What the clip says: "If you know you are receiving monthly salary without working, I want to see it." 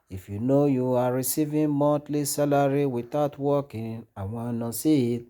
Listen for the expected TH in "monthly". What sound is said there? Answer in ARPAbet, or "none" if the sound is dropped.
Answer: T